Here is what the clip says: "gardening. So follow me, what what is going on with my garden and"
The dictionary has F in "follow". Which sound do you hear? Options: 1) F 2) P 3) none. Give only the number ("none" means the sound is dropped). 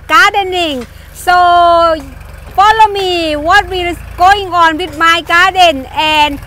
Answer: 2